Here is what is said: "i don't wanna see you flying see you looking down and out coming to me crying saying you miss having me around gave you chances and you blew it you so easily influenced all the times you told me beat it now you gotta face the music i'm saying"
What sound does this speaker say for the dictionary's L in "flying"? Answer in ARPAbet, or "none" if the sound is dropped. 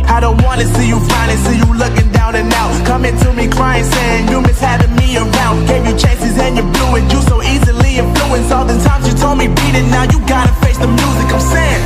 none